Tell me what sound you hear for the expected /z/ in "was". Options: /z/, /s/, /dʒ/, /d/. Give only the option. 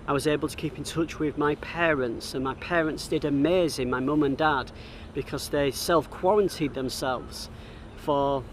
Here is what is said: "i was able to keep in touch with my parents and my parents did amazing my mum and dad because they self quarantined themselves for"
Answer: /z/